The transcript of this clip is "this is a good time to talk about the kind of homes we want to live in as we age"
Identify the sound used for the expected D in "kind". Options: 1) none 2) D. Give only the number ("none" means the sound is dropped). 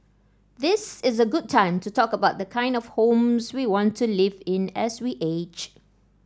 2